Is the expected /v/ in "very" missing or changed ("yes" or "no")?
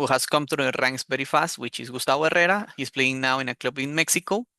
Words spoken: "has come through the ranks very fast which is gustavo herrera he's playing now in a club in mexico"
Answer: yes